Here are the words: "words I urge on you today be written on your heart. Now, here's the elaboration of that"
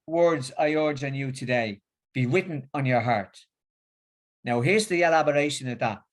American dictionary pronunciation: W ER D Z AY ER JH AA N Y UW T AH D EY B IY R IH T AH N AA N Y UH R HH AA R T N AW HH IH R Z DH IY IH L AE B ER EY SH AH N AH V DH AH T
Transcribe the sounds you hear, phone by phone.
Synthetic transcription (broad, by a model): W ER D Z AY ER JH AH N Y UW T AH D EY B IY W IH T N N Y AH R HH AA R T N AW HH IH R Z DH IY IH L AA B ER EY SH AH N AH V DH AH T